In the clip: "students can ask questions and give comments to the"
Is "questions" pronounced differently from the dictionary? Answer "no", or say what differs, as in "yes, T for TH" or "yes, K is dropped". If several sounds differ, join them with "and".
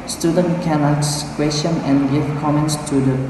yes, Z is dropped